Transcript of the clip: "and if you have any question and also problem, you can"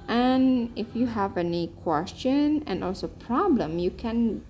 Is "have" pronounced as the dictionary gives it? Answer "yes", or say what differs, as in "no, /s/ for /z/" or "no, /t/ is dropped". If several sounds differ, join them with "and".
yes